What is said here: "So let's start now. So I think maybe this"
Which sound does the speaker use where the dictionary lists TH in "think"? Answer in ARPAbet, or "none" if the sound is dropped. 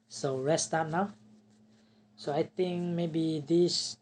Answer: T